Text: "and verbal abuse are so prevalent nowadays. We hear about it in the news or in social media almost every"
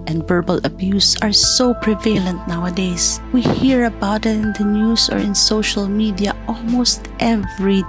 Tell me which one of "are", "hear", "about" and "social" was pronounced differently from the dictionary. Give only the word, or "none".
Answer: none